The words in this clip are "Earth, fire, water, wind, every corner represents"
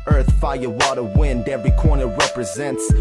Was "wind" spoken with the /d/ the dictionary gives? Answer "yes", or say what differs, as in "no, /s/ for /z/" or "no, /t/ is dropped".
yes